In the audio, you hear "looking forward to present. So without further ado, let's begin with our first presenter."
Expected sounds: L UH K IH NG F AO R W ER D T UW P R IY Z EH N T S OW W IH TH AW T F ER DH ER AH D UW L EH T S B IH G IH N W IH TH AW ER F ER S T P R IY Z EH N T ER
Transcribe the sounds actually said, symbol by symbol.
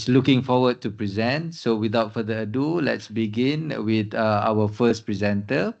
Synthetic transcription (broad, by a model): L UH K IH NG F AO W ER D T UW P R IY Z EH N T S OW W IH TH AW T F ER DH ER AH D UW L EH T S B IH G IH N W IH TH AW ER F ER S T P R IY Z EH N T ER